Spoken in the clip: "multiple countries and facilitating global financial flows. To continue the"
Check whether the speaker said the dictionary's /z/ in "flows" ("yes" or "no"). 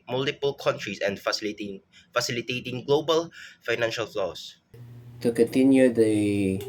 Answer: no